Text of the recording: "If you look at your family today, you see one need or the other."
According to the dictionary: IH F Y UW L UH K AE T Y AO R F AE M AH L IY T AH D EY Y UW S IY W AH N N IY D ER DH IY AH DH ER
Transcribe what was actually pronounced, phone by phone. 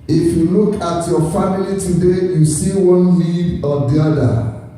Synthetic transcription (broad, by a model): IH F Y UW L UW K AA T Y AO F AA M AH L IY T AH D EY Y UW S IY W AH N L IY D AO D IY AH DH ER